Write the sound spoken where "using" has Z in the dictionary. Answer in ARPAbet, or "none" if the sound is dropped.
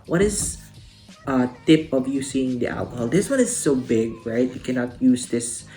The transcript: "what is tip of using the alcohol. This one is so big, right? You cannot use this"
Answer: S